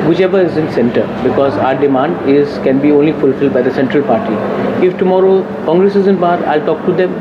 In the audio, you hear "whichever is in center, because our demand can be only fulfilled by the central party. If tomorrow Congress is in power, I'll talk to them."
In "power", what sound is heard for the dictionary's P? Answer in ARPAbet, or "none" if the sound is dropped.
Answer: B